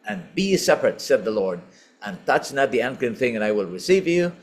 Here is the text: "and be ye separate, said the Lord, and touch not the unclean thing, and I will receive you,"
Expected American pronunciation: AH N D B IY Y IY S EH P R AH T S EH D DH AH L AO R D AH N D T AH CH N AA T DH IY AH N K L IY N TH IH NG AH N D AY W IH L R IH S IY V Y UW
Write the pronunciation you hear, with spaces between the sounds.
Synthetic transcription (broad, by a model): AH N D B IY IY S EH P R AH T S EH D DH AH L AO R D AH N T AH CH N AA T DH IY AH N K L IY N TH IH NG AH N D AY W IH L R IH S IY V Y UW